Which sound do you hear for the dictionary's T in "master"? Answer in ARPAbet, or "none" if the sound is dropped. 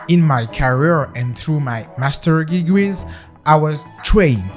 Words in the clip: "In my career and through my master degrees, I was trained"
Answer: T